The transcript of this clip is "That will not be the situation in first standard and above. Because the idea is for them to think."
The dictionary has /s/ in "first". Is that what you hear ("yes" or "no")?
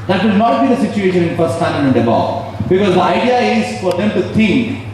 no